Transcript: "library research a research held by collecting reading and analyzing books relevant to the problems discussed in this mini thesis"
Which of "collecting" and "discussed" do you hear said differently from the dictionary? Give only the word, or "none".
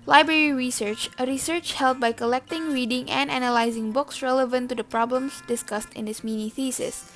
none